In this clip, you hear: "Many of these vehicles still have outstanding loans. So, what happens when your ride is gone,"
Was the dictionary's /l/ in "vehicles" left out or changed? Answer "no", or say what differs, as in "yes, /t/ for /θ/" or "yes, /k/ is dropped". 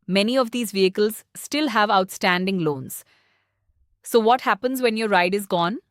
no